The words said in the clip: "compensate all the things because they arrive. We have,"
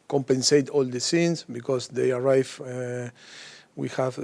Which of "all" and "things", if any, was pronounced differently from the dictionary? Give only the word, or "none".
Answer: things